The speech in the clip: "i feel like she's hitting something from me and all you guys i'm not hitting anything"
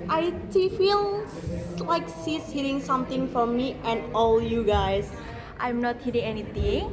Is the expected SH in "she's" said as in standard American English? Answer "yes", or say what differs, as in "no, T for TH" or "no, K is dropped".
no, S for SH